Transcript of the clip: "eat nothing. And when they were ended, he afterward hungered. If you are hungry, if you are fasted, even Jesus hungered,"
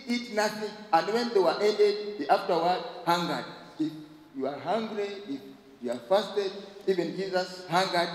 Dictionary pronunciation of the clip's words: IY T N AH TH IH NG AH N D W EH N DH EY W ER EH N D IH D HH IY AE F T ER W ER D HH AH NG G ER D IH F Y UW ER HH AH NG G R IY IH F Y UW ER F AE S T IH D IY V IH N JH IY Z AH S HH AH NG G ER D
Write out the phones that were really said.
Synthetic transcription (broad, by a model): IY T N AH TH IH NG AH N D W EH N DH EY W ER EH D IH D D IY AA F T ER W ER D HH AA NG G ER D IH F Y UW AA HH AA NG G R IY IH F Y UW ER F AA S T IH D IY V IH N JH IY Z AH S HH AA NG G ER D